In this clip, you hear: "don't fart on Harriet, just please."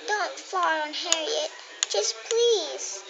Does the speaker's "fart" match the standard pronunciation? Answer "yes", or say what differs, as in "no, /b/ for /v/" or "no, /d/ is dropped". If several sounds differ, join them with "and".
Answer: no, /t/ is dropped